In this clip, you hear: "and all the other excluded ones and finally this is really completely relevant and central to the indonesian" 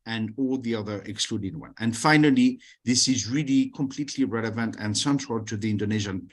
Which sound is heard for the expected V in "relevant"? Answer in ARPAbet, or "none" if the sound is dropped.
V